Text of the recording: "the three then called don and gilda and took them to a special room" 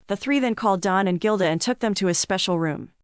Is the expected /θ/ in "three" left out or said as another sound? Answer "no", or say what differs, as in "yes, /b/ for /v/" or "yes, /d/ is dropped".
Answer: no